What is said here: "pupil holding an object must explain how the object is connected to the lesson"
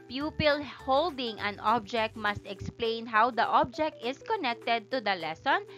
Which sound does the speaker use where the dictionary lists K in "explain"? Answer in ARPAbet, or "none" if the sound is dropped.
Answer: K